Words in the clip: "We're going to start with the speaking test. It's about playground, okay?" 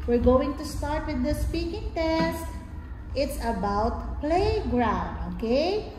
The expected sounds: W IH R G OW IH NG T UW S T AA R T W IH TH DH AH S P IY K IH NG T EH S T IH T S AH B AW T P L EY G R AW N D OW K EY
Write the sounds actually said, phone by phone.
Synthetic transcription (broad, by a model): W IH R G OW IH NG T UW S T AA R T W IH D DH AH S P IY K IH NG T EH S T IH T S AH B AW T P L EY G R AW N D OW K EY